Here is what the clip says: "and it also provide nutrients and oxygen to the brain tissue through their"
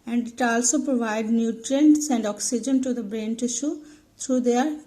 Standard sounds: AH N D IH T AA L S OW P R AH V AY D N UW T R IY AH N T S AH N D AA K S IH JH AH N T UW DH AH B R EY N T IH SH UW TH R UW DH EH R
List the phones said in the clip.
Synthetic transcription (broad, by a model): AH N D IH T AA L S OW P R AH V AY D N UW T R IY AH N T S AH N D AA K S IH JH AH N T UW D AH B R EY N T IH SH UW T R UW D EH R